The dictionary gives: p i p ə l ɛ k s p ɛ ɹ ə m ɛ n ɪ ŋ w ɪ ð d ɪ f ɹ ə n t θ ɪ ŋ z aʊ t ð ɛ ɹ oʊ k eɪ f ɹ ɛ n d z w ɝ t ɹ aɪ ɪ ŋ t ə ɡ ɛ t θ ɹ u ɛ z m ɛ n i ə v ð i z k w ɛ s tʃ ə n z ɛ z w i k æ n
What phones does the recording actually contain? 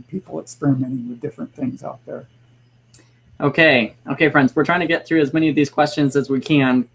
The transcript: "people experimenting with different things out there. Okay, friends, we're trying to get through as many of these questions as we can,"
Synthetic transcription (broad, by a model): p i p l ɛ k s p ɛ ɹ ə m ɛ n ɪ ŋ w ɪ ð d ɪ f ɹ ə n θ ɪ ŋ z aʊ t ð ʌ ɹ oʊ k eɪ f ɹ ɛ n d z w ɝ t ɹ aɪ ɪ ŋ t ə ɡ ɛ t θ ɹ u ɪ z m ɛ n i ə v ð i z k w ɛ s tʃ ə n z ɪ z w i k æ n